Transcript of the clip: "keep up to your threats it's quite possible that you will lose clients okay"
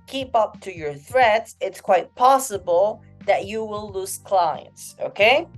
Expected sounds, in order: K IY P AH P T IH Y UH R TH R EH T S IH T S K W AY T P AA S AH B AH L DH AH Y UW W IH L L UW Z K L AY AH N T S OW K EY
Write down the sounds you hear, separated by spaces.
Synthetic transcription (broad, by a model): K IY P AH P T IH Y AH R TH R EH T S IH T S K W AY T P AA S AH B AH L DH AH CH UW W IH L L UW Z K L AY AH N T S OW K EY